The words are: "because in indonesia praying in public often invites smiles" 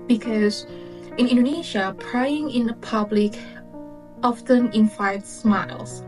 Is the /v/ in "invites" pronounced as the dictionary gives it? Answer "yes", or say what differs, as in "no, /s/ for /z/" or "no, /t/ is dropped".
no, /f/ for /v/